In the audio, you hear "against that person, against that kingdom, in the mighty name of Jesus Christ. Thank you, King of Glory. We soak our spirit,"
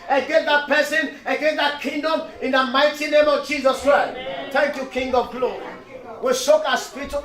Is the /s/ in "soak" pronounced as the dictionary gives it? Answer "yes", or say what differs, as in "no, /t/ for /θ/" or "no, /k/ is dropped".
no, /ʃ/ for /s/